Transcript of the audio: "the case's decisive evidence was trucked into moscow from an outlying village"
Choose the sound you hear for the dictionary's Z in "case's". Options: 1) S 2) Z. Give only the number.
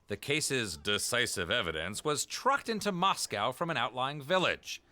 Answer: 2